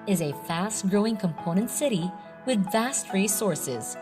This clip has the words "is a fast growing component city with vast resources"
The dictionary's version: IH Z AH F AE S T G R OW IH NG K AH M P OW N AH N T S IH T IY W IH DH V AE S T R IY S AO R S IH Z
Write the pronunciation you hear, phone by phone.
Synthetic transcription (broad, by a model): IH Z AH F AE S T G R OW IH NG K AH M P OW N AH N T S IH T IY W IH DH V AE S T R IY S AO R S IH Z